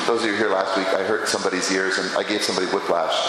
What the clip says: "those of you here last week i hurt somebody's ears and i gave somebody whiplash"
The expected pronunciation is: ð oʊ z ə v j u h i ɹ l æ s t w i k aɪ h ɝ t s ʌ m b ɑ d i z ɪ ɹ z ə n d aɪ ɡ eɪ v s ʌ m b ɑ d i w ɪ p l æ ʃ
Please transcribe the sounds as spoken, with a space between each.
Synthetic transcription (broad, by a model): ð oʊ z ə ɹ h i ɹ l æ s t w i k aɪ h ɝ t s ʌ m b ɑ d i z ɪ ɹ z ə n aɪ ɡ eɪ v s ʌ m b ɑ d i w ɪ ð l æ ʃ